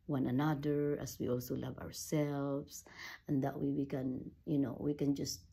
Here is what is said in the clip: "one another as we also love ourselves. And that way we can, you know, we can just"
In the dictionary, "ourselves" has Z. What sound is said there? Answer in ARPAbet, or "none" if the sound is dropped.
S